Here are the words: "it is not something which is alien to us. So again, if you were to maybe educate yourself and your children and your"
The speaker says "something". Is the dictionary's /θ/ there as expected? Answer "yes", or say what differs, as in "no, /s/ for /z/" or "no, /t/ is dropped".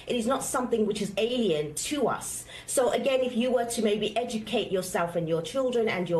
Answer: yes